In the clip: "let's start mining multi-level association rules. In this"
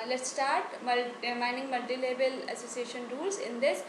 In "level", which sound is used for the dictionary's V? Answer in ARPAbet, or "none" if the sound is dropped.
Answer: B